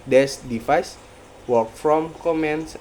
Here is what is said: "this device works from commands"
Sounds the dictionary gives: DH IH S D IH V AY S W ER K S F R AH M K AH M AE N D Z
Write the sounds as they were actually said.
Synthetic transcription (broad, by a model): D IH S D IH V AY S W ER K F R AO M K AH M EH N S